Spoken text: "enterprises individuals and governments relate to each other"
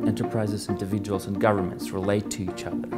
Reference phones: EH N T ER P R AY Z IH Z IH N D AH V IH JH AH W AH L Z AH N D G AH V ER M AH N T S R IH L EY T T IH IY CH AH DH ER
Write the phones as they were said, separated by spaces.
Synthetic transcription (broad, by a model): EH N T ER P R AY Z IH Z IH N D AH V IH JH AH W AH L Z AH N G AH V ER M AH N T S R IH L EY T T IH IY CH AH DH ER